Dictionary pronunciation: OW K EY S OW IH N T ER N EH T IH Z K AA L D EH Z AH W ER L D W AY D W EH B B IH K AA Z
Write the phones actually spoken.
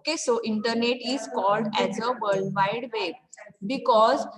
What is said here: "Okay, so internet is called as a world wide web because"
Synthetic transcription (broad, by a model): K EY S OW IH N T ER N EH T IH Z K AA L D EH Z AH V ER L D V AY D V EH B B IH K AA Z